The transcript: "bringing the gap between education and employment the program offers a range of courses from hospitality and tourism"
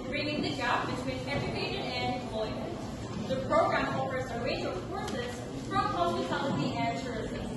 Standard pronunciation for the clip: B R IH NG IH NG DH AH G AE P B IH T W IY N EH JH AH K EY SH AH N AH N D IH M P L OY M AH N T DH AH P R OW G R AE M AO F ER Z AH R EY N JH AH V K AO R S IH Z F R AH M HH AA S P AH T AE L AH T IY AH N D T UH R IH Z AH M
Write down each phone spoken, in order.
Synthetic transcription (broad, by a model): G R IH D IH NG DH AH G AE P B IH T W IY N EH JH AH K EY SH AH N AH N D IH M P L OY M AH N T DH AH P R OW G R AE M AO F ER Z AH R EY JH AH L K AO R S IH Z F R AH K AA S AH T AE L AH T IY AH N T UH R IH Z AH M